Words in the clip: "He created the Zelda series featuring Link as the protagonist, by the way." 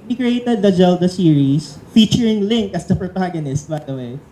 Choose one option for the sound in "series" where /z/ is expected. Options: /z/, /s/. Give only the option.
/s/